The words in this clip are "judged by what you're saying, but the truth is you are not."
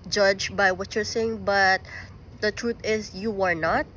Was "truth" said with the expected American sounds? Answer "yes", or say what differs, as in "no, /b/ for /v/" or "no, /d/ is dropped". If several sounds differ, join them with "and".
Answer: no, /t/ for /θ/